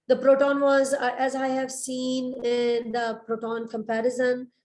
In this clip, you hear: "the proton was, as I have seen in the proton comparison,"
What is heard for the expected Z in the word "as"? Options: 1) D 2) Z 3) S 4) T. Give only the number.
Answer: 2